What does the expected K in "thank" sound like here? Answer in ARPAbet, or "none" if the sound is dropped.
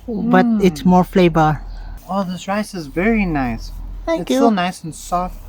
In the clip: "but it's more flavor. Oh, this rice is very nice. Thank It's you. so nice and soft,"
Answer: none